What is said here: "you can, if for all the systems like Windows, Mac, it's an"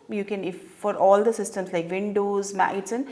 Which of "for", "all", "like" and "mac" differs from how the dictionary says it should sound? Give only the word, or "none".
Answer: mac